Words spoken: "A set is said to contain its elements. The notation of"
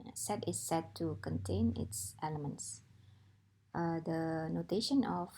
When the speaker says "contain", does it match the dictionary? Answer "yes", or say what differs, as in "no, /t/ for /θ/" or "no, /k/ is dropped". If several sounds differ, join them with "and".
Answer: yes